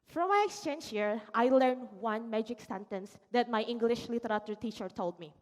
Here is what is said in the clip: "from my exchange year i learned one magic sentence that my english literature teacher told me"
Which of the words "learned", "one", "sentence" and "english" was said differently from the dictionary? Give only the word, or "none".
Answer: none